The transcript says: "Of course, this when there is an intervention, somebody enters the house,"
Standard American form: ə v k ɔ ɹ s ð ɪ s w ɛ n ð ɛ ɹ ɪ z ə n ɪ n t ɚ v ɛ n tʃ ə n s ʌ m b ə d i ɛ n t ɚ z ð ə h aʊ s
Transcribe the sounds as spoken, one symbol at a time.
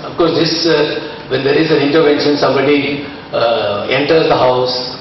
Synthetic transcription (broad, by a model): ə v k ɔ ɹ s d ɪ s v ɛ n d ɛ ɹ ɪ z ə n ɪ n t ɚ v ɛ n ʃ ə n s ʌ m b ə d i ɛ n t ɚ z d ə h aʊ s